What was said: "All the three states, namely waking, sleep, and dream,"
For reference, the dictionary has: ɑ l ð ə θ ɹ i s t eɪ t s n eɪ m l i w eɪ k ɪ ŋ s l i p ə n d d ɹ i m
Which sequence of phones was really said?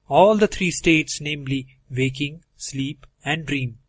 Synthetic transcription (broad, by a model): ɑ l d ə t ɹ i s t eɪ t s n eɪ m l i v eɪ k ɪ ŋ s l i p ə n d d ɹ i m